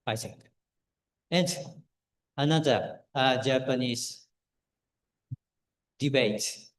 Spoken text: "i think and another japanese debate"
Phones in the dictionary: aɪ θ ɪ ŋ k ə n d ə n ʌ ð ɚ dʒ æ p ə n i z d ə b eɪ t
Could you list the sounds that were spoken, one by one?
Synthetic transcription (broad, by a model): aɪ s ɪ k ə n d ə n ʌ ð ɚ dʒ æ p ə n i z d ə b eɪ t